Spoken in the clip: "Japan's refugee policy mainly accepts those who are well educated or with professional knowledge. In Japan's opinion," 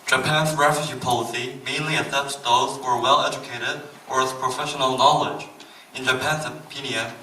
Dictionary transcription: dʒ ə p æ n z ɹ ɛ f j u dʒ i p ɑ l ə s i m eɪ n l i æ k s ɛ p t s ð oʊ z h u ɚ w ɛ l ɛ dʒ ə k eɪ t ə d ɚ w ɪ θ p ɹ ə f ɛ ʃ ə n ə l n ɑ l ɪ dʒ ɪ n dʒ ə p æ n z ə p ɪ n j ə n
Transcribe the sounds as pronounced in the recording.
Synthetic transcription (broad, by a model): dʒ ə p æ n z ɹ ɛ f j u dʒ i p ɑ l ə s i m eɪ n l i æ s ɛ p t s ð oʊ z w ɚ w ɛ l ɛ dʒ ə k eɪ t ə d ɚ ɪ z p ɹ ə f ɛ ʃ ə n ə l n ɑ l ɪ dʒ ɪ n dʒ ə p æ n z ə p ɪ n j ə n